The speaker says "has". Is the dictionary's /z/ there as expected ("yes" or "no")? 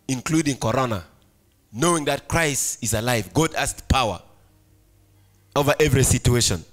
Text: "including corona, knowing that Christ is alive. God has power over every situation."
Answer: no